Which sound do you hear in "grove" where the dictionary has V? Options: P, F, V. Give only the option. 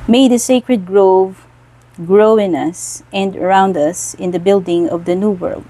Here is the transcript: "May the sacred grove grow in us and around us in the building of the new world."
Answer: V